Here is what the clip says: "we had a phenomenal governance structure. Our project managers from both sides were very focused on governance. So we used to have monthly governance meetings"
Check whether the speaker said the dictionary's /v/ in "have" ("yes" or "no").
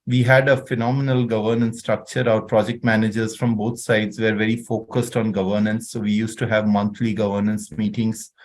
yes